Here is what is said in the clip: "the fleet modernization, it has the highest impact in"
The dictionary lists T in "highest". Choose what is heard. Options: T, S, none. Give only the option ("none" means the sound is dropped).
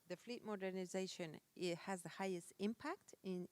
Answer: T